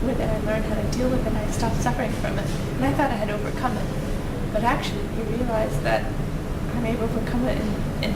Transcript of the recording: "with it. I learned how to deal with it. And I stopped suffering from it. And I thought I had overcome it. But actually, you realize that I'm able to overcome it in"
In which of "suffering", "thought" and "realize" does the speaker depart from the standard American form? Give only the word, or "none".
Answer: none